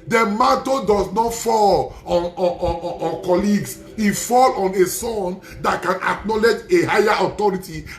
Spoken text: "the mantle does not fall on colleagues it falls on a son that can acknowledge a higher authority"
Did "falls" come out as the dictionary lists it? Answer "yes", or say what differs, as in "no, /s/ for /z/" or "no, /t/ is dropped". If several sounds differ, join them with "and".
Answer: no, /z/ is dropped